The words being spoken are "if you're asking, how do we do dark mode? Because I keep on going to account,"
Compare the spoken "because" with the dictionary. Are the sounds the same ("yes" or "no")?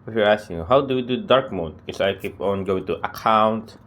no